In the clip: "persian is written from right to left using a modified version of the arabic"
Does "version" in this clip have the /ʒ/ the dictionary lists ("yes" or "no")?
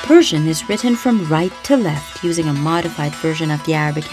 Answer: yes